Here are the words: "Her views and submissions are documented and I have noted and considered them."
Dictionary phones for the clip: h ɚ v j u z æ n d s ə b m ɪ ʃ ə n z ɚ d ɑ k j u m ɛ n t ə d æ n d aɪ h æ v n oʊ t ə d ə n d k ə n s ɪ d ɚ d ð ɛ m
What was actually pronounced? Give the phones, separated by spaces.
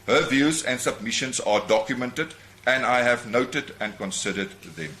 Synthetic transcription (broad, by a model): h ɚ v j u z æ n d s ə b m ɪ ʃ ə n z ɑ d ɑ k j u m ɛ n t ə d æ n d aɪ h æ v n oʊ t ə d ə n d k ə n s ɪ d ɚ d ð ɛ m